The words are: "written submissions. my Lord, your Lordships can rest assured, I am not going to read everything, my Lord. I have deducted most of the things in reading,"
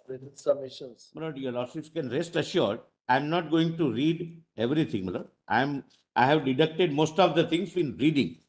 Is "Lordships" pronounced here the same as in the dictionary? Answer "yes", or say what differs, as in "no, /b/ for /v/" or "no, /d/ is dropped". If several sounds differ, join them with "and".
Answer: no, /p/ is dropped